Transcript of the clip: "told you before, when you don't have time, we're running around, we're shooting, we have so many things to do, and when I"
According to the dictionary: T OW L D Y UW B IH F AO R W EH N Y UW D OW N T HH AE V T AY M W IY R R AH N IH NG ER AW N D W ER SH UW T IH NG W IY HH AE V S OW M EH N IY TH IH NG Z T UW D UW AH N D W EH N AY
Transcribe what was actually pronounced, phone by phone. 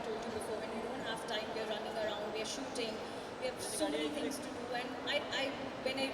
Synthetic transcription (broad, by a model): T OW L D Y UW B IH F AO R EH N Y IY D OW N T HH AE V T AY M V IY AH R AH N IH NG ER AW N D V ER SH UW T IH NG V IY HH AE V S OW M EH N IY T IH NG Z T UW D UW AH N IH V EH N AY